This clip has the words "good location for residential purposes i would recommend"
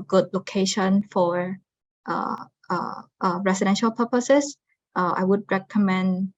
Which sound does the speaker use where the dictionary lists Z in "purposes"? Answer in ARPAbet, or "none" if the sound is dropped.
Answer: S